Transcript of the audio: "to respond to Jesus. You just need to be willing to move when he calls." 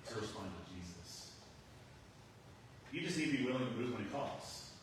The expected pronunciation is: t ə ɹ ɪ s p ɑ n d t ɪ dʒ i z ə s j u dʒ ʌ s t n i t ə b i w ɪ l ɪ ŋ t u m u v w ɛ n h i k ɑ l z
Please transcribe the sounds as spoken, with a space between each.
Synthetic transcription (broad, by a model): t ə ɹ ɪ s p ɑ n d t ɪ dʒ i z ə s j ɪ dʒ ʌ s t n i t b i w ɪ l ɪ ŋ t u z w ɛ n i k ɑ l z